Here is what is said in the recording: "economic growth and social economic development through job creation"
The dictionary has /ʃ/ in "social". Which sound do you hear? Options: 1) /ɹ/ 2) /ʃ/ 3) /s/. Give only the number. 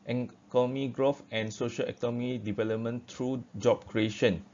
2